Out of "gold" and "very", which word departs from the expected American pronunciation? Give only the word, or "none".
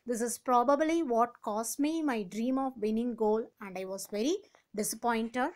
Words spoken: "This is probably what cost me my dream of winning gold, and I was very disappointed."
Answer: gold